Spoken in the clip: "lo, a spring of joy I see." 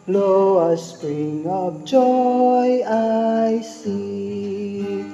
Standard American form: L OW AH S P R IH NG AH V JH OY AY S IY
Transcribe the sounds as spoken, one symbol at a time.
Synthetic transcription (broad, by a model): L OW AH S P R IH NG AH P JH OY AY S IY